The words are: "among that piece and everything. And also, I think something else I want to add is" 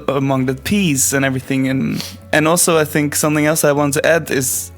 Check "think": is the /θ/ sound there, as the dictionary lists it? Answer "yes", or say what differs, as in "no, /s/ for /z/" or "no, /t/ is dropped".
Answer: yes